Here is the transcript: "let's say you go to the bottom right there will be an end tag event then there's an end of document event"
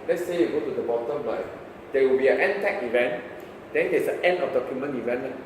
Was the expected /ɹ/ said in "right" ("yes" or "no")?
no